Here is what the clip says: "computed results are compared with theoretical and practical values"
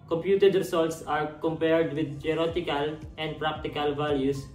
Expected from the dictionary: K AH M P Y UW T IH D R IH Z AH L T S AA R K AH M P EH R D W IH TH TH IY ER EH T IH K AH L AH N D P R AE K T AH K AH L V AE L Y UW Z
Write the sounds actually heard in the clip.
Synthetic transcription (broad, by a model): K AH M P Y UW T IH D R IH S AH L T S AA R K AH M P EH R D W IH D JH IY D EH T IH K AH L AH N D P R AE K T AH K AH L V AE L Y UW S